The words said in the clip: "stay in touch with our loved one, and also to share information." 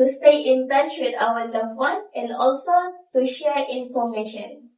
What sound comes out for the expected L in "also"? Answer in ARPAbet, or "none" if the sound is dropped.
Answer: L